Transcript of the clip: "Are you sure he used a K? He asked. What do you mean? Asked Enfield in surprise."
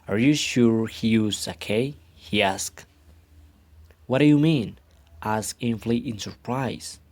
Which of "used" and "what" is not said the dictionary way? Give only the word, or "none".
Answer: used